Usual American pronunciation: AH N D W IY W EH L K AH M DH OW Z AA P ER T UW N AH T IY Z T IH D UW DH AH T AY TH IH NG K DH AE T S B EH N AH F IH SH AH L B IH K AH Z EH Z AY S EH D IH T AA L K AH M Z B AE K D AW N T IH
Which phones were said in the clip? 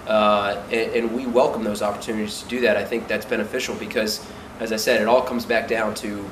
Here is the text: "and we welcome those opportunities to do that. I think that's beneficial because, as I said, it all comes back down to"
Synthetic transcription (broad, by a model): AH N W IY W EH L K AH M DH OW Z AA P ER T UW N AH T IY Z T IH D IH DH AH T AY TH IH NG K DH AE T S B EH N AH F IH SH L B IH K AH Z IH Z AY S EH D IH T AA L K AH M Z B AE K D AW N T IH